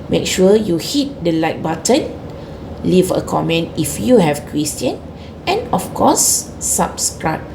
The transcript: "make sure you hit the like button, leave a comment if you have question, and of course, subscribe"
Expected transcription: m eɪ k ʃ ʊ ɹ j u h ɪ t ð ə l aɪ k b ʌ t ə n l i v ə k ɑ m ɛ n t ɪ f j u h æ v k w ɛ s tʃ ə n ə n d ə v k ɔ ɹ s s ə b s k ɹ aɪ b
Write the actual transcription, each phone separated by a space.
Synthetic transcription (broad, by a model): m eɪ k ʃ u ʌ j u h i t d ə l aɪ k b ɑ t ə n l i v ə k ɑ m ɛ n t ɪ f j u h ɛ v k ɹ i s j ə n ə n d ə f k ɔ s s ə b s k ɹ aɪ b